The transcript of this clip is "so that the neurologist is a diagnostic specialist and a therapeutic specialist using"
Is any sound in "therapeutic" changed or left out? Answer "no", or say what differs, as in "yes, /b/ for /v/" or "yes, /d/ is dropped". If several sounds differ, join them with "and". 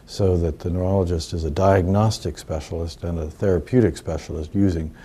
no